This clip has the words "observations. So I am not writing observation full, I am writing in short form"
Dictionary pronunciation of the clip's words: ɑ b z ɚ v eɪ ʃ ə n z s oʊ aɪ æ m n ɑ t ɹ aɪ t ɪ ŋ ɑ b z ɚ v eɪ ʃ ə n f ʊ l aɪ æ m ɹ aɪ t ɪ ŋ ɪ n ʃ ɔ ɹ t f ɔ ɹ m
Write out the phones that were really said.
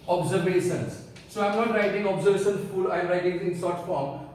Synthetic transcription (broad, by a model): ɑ b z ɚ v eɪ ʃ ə n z s oʊ aɪ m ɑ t ɹ aɪ t ɪ ŋ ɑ b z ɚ v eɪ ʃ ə n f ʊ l aɪ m ɹ aɪ t ɪ ŋ ɪ n s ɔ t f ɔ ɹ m